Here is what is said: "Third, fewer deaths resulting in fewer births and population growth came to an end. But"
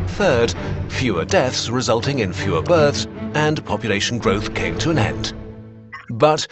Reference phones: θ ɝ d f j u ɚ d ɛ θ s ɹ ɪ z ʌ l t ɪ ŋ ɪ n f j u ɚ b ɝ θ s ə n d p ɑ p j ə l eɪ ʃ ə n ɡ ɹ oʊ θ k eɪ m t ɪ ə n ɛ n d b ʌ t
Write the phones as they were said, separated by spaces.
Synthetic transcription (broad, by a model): θ ɝ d f j u ɚ d ɛ θ s ɹ ɪ z ʌ l t ɪ ŋ ɪ n f j u ɚ b ɝ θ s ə n p ɑ p j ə l eɪ ʃ n ɡ ɹ oʊ θ k eɪ m t ɪ ə n ɛ n d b ʌ t